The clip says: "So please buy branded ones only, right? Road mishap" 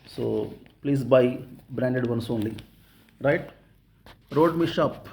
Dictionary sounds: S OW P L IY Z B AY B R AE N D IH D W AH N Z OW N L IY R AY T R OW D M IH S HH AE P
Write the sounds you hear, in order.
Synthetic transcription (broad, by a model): S OW P L IY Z B AY B R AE N D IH D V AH N S OW N L IY R AY T R OW D M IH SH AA P